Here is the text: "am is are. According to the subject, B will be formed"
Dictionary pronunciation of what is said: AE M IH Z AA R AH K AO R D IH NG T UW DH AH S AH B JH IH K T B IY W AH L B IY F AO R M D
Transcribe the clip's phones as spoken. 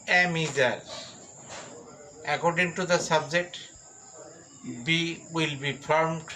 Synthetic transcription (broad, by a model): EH M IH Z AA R AH K AO R D IH NG T UW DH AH S AH B JH IH K T B IY W AH L B IY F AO R M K